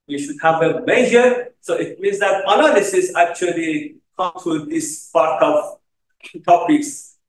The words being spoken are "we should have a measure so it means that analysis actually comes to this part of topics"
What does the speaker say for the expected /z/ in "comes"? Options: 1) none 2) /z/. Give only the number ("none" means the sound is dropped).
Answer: 1